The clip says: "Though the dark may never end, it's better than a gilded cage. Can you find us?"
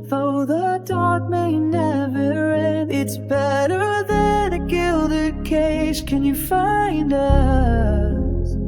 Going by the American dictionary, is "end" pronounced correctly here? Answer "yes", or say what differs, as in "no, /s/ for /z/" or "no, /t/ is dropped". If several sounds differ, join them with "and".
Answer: no, /d/ is dropped